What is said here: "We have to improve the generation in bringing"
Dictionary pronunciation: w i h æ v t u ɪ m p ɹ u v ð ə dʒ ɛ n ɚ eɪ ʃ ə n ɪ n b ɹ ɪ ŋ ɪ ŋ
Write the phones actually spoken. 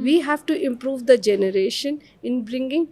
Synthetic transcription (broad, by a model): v i h æ v t u ɪ m p ɹ u v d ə dʒ ɛ n ɚ eɪ ʃ ə n ɪ n b ɹ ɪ ŋ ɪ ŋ